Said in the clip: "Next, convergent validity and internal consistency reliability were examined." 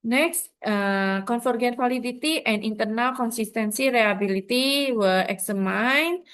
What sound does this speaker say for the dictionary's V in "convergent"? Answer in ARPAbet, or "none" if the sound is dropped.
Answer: F